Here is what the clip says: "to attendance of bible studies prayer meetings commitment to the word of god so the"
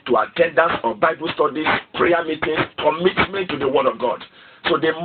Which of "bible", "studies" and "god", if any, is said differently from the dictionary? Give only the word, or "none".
studies